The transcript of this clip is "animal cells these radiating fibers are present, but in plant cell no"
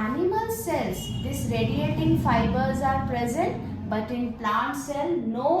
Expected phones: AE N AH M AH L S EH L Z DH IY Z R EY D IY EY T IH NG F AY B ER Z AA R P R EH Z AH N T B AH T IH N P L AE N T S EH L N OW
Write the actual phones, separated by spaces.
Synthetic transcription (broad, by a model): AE N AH M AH L S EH Z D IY S R EY D IY EY T IH NG F AY B ER Z AA R P R EH Z AH N T B AH T IH N P L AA N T S EH L N OW